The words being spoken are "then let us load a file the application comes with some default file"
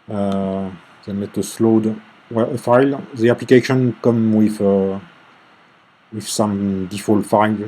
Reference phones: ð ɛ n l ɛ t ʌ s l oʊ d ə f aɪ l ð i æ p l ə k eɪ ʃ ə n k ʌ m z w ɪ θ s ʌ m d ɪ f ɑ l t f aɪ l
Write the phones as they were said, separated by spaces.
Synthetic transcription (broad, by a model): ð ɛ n l ɛ t ʌ s l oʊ d ə f aɪ l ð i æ p l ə k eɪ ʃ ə n k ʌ m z w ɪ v s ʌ m d ɪ f ɑ l t f aɪ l